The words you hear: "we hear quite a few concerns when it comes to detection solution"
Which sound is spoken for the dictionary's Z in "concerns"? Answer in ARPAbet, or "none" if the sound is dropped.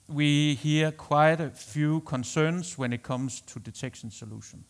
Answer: S